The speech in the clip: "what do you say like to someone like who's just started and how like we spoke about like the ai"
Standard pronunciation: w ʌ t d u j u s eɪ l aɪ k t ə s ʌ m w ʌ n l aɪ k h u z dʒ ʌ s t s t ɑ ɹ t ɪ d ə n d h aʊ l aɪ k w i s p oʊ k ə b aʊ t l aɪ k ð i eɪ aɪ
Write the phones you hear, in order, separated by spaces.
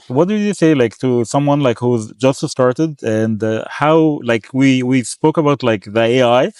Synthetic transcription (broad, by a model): w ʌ t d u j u s eɪ l aɪ k t ə s ʌ m w ʌ n l aɪ k h u z dʒ ʌ s t s t ɑ ɹ t ɪ d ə n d h aʊ l aɪ k w i s p oʊ k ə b aʊ t l aɪ k ð i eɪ aɪ